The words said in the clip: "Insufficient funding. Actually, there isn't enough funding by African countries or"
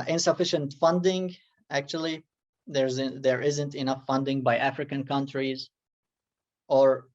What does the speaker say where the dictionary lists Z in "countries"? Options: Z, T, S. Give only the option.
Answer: Z